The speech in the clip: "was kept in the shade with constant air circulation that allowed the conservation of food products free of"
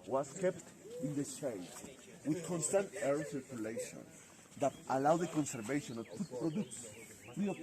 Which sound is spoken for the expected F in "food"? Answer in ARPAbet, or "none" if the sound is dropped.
P